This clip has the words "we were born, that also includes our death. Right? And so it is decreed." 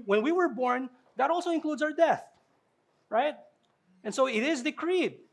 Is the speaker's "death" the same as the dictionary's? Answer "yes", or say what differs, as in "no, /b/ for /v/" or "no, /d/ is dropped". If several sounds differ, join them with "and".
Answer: yes